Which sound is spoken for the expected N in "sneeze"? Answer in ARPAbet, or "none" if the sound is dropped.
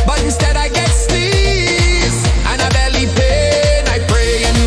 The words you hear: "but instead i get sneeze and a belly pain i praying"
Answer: none